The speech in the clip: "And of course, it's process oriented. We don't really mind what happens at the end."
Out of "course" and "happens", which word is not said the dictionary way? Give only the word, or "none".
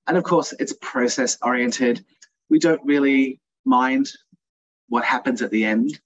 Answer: none